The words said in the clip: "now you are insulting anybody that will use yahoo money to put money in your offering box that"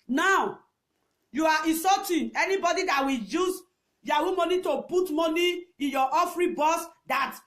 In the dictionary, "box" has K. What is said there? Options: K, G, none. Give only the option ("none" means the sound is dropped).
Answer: none